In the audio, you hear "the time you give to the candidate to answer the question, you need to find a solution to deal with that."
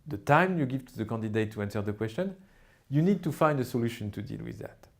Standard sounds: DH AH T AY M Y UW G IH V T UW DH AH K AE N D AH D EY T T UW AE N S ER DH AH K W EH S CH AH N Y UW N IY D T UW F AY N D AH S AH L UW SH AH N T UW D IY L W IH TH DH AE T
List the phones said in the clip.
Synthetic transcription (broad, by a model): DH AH T AY M Y UW G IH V T UW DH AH K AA N D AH D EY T T UW AE N S ER DH AH K W EH S CH AH N Y UW N IY D T UW F AY N D AH S AH L UW SH AH N T UW D IY L W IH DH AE T